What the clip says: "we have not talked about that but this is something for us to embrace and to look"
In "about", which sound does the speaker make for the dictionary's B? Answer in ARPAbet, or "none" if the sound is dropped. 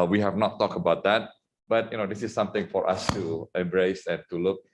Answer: B